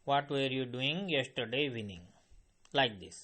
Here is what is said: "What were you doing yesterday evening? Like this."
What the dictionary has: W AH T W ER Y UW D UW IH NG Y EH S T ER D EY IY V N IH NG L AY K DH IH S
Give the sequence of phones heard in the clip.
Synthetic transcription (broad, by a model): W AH T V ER Y UW D UW IH NG Y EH S T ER D EY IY N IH NG L AY K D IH S